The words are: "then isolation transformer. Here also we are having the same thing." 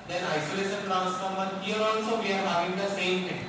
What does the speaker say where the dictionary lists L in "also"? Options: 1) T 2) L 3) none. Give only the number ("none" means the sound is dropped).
3